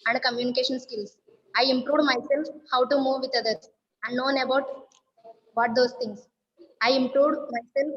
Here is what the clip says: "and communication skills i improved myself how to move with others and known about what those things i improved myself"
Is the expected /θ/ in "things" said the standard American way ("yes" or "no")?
no